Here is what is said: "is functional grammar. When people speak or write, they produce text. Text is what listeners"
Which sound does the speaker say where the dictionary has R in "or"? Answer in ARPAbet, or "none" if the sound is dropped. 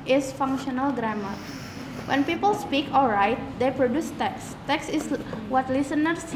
L